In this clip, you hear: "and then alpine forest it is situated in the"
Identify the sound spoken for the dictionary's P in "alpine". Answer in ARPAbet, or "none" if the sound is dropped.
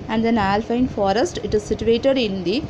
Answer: F